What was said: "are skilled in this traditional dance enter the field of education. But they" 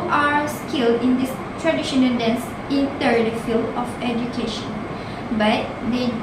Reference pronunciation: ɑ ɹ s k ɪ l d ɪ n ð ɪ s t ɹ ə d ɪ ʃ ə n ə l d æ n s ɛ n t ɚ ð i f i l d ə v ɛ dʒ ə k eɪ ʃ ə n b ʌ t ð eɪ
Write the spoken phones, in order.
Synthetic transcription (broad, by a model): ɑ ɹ s k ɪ l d ɪ n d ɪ s t ɹ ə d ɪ ʃ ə n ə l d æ n s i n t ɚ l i f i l ə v ɛ dʒ ə k eɪ ʃ ə n b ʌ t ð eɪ